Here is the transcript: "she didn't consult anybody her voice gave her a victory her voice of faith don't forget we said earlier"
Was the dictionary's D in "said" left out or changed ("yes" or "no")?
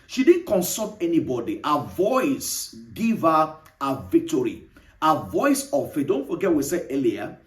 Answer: yes